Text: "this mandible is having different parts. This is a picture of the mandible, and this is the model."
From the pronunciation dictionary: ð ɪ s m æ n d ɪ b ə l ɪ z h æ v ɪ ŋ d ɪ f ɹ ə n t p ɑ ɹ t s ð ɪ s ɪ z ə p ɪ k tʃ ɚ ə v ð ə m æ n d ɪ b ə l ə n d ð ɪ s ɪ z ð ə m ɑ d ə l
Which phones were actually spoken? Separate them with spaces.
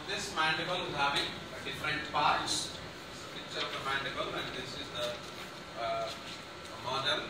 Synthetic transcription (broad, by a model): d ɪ s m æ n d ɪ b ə l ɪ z h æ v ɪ ŋ d ɪ f ɹ ə n t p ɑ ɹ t s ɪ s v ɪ tʃ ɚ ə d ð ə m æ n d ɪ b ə l ə n d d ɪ s ɪ z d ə m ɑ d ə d